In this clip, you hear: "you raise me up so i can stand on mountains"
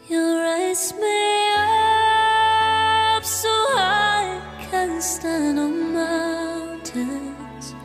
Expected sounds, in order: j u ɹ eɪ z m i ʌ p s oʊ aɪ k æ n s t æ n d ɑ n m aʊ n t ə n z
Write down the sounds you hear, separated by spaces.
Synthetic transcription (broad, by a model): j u ɹ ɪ s m i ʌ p s oʊ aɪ k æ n s t æ n d ɑ n m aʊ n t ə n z